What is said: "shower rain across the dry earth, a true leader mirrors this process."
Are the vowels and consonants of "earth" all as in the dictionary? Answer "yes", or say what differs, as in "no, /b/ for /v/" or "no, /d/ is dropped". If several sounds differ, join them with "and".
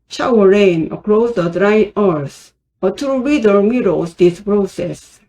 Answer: no, /s/ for /θ/